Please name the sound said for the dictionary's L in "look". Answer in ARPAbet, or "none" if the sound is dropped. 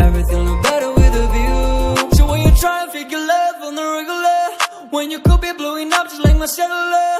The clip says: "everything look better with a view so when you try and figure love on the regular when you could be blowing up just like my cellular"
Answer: N